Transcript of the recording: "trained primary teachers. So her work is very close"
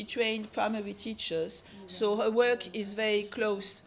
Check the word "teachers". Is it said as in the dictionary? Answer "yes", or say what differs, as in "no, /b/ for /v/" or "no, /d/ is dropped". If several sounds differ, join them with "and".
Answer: yes